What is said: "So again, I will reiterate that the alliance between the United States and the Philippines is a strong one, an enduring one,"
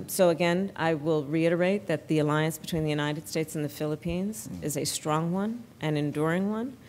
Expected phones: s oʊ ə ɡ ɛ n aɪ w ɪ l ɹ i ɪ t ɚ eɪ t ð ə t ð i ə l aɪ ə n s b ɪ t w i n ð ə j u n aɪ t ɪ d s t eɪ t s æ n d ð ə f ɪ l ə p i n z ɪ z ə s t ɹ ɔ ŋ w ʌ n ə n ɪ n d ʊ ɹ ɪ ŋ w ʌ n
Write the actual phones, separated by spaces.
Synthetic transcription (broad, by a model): s oʊ ə ɡ ɛ n aɪ w ɪ l ɹ i ɪ t ɚ eɪ t ð ə t ð i ə l aɪ ə n s b ɪ t w i n ð ə j u n aɪ t ɪ d s t eɪ t s n ð ə f ɪ l ə p i n z ɪ z ə s t ɹ ɔ ŋ w ʌ n ə n ɪ n d ʊ ɹ ɪ ŋ w ʌ n